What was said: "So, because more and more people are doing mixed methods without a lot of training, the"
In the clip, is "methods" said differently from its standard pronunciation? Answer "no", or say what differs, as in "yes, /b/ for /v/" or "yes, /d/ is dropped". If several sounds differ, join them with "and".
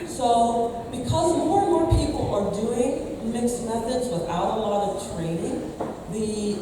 no